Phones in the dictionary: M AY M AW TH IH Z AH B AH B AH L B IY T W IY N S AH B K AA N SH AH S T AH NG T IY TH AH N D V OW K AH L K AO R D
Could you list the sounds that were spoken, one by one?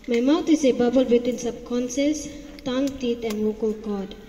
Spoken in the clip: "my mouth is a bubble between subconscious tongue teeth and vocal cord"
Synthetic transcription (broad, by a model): M AY M AW T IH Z AH B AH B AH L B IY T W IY N S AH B K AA N S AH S T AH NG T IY T AH N D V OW K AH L K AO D